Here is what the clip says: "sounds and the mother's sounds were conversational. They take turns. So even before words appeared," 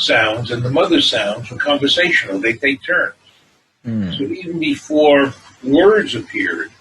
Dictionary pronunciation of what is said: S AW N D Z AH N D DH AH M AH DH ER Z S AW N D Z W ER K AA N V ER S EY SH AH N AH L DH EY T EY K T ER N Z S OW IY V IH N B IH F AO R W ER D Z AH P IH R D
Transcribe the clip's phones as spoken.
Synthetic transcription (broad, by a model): S AW N D Z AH N DH AH M AH DH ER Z S AW N D Z W ER K AA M V ER S EY SH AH N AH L DH EY T EY K T ER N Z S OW IY V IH N B IH F AO R W ER D Z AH P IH R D